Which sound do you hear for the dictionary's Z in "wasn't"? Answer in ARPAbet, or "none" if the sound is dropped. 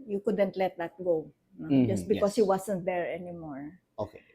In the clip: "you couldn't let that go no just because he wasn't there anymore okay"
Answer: S